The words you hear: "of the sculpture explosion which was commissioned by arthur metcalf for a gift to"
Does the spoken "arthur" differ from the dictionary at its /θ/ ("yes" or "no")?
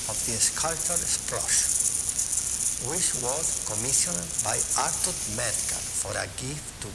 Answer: yes